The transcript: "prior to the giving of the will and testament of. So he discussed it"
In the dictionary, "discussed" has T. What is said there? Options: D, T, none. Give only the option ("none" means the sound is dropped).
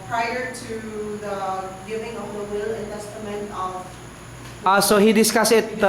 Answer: none